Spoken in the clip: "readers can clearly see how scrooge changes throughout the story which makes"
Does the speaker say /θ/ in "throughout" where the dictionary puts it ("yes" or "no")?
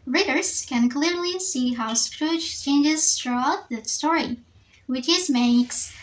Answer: no